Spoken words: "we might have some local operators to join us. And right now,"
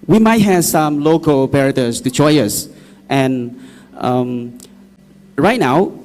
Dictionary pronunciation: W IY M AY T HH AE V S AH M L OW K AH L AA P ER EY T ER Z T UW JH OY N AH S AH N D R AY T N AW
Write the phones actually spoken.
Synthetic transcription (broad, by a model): W IY M AY T HH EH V S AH M L OW K AH L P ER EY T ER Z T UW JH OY AH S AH N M R AY T N AW